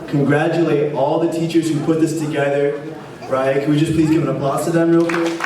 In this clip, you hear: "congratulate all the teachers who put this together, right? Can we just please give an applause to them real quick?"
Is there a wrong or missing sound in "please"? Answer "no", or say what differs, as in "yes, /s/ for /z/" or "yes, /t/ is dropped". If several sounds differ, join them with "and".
no